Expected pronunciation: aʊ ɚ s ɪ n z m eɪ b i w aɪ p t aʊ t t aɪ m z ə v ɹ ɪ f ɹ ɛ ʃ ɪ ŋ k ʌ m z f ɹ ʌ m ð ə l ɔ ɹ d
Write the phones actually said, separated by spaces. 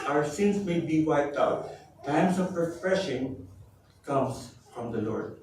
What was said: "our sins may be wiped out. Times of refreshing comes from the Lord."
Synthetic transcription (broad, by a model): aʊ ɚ s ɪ n s m eɪ b i w aɪ p t aʊ t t aɪ m s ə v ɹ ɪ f ɹ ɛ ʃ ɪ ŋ k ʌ m s f ɹ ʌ m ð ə l ɔ ɹ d